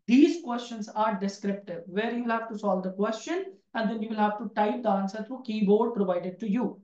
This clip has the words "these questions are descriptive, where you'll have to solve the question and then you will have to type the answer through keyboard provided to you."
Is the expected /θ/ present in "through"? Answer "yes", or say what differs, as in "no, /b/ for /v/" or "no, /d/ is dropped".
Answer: no, /t/ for /θ/